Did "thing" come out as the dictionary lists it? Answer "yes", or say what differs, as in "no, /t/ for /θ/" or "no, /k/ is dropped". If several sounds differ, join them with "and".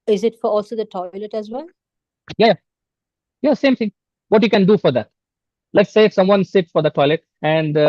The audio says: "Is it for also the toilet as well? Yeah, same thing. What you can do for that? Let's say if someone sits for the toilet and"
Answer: no, /t/ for /θ/